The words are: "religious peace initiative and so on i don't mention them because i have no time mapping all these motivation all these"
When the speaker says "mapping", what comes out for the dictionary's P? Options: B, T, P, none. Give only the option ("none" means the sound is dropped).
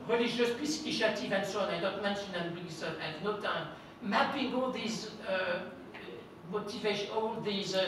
B